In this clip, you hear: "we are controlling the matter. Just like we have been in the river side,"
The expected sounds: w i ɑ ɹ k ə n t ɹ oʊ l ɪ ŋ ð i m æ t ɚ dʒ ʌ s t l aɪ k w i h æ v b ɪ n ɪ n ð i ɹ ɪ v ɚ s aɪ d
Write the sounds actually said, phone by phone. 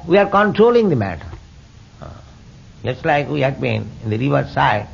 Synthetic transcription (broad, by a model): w i ɑ ɹ k ə n t ɹ oʊ l ɪ ŋ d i m æ t ɚ dʒ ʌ s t l aɪ k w i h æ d b ɪ n ɪ n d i ɹ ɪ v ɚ s aɪ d